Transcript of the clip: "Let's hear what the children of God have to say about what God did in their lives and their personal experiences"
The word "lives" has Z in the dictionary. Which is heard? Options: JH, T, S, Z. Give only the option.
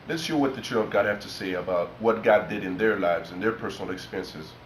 Z